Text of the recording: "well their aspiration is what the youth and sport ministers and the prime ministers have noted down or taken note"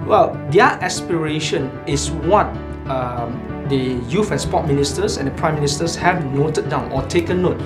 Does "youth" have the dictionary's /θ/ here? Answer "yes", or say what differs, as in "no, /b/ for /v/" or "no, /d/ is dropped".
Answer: no, /f/ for /θ/